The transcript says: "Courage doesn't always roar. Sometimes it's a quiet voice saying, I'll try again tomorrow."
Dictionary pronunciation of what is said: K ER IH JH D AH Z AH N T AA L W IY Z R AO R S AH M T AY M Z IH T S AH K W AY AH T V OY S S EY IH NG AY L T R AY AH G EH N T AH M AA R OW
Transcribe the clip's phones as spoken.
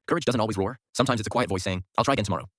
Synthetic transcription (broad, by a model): K ER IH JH D AH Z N T AA L W IY Z R AO R S AH M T AY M IH T S AH K W AY AH T V OY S S EY IH NG AY L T R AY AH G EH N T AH M AA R OW